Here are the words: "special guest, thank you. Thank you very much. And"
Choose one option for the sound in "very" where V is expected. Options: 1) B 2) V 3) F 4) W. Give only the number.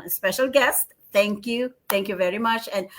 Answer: 2